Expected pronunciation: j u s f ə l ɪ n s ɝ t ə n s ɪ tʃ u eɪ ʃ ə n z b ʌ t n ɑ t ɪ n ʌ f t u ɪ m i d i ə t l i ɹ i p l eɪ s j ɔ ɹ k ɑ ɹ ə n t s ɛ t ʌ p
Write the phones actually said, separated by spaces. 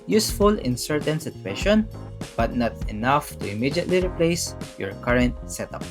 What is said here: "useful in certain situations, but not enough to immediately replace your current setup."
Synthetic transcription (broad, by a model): j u s f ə l ɪ n s ɝ t ə n s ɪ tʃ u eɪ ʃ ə n b ʌ t n ɑ t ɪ n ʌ f t u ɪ m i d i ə t l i ɹ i p l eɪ s j ɔ ɹ k ɑ ɹ ə n t s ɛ t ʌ p